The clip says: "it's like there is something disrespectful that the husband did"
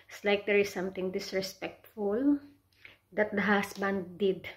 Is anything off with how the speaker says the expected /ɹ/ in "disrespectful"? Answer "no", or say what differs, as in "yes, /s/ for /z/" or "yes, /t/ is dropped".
no